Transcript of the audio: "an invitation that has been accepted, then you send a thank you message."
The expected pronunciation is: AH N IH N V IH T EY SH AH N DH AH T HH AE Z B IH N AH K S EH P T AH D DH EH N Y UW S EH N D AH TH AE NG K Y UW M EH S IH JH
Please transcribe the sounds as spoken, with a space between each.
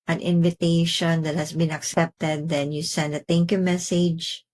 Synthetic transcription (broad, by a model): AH N IH N V IH T EY SH AH N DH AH T HH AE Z B IH N AH K S EH P T AH D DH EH N Y UW S EH N D AH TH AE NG K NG M EH S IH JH